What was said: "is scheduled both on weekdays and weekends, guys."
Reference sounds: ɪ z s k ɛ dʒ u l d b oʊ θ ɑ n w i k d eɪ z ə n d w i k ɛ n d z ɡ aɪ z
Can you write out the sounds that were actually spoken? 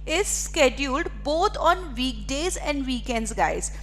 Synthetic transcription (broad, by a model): ɪ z s k ɛ dʒ u l d b oʊ t ɑ n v i k d eɪ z ə n d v i k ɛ n d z ɡ aɪ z